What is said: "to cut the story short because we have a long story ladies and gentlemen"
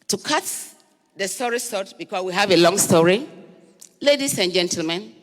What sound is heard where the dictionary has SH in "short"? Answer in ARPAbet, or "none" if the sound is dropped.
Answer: S